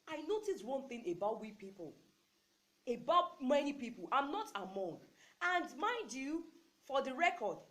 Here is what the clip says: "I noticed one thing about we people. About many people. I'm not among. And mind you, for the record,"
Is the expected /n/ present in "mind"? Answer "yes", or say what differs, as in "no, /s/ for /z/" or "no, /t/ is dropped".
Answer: no, /n/ is dropped